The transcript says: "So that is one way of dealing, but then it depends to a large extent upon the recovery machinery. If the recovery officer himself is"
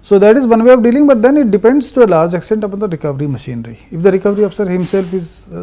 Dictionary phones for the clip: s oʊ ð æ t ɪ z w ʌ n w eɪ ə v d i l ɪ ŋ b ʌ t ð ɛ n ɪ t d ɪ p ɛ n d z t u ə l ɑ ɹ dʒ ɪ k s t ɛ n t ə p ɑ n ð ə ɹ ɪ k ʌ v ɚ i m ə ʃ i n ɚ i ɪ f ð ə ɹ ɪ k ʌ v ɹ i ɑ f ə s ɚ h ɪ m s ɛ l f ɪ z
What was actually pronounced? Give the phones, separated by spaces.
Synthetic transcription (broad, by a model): s oʊ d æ t ɪ z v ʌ n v eɪ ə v d i l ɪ ŋ b ʌ t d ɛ n ɪ t d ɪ p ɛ n d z t u ə l ɑ ɹ dʒ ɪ k s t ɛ n t ə p ɑ n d ə ɹ ɪ k ʌ v ɚ i m ə ʃ i n ɚ i ɪ f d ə ɹ ɪ k ʌ v ɹ i ɑ f ə s ɚ h ɪ m s ɛ l f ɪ z